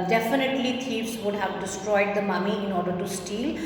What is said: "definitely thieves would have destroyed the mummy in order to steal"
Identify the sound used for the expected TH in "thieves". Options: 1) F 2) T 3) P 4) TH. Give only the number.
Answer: 2